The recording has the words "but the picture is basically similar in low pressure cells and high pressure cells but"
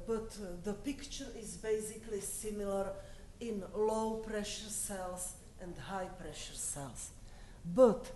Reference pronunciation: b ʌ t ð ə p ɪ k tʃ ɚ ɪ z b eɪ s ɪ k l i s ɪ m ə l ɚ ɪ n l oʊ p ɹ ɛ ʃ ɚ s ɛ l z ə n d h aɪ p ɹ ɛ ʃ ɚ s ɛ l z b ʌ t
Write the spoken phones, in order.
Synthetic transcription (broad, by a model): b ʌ t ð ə p ɪ k tʃ ɚ ɪ z b eɪ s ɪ k l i s ɪ m ə l ɚ ɪ n l oʊ p ɹ ɛ ʃ ɚ s ɛ l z ə n d h aɪ p ɹ ɛ ʃ ɚ s ɛ l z b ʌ t